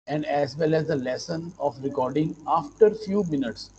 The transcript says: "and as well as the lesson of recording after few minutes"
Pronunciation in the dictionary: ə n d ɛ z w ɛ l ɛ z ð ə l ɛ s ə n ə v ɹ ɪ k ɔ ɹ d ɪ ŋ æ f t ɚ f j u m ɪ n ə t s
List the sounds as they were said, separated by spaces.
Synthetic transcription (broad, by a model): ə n d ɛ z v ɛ l ɛ z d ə l ɛ s ə n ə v ɹ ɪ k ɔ ɹ d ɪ ŋ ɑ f t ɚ f j u m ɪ n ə t s